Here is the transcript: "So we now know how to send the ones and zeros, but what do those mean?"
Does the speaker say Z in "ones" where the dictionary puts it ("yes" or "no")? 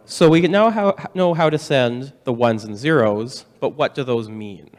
yes